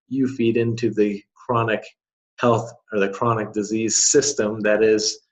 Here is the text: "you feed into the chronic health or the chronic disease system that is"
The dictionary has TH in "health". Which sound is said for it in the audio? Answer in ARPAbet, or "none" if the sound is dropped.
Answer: TH